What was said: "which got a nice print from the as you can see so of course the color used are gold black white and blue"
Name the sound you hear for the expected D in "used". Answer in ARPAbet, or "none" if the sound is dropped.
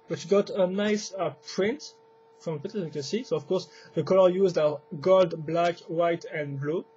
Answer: D